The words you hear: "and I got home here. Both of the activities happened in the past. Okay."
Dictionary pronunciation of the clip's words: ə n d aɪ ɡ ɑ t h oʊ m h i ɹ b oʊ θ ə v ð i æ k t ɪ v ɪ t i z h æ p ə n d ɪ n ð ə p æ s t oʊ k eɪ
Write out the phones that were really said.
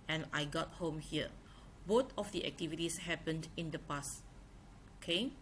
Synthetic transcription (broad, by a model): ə n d aɪ ɡ ɑ t h oʊ m h i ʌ b oʊ t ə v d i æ k t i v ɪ t i s h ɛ p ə n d ɪ n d ə p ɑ s oʊ k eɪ